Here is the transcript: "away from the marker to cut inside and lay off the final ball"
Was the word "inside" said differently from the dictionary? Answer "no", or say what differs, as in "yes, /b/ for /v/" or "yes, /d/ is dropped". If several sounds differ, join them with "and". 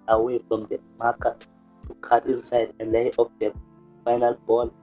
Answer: no